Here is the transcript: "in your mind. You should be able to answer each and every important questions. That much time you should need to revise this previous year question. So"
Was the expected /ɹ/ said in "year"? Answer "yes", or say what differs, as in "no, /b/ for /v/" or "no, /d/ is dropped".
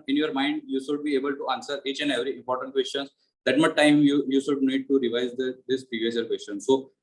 no, /l/ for /ɹ/